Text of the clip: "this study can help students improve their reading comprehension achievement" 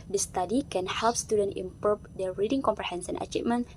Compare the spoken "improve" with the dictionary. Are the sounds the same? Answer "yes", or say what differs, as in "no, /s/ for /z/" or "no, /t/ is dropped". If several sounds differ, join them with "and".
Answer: no, /ɹ/ is dropped